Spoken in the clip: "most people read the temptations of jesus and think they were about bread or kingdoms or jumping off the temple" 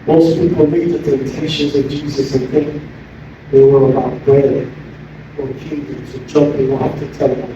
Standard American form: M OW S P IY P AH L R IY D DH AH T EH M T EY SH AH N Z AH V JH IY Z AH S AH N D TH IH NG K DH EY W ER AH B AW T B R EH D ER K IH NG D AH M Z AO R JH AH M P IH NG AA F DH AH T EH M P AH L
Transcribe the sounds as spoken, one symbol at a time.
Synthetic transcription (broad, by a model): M OW S P IY P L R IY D DH AH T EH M T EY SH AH N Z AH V JH IY Z AH S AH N TH IH NG K DH EY W ER AH B AW T B R EH D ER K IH D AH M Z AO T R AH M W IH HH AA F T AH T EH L